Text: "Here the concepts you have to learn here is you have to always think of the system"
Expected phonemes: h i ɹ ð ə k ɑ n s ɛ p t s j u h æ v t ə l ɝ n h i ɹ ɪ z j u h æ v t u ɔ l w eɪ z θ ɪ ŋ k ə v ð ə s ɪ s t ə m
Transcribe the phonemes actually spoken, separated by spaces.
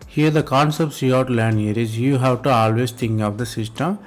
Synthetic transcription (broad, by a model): h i ɹ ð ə k ɑ n s ɛ p t s j u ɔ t l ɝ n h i ɹ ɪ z j u h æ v t u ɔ l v eɪ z t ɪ ŋ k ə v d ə s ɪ s t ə m